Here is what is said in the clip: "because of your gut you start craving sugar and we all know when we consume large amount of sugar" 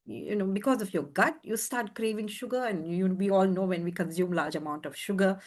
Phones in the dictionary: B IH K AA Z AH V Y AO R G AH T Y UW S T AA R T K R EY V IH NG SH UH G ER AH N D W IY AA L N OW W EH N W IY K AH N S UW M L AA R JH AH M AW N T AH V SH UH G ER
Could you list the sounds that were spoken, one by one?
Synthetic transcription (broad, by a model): B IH K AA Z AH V Y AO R G AH T Y UW S T AA R T K R EY V IH NG SH UH G ER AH N D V IY AA L N OW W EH N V IY K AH N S UW M L AA R JH AH M AW N T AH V SH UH G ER